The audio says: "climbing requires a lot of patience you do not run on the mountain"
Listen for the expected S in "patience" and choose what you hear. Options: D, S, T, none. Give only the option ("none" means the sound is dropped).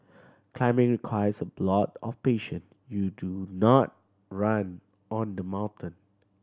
none